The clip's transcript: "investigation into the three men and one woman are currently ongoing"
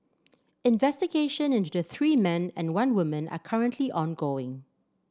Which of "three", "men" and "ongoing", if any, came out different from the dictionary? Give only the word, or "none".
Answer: none